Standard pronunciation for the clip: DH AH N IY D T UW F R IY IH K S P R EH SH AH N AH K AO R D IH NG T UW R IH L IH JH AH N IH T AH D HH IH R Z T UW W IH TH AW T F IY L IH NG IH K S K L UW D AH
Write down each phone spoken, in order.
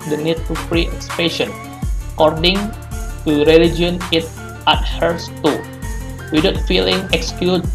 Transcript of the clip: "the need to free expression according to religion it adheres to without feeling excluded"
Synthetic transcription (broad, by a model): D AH N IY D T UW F R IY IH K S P EH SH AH N AH K AO R D IH NG T UW R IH L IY JH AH N IH T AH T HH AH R S T UW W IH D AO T F IY L IH NG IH K S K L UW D